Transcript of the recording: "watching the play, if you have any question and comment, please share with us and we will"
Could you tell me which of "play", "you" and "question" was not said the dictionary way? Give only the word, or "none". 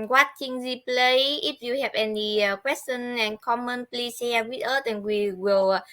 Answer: question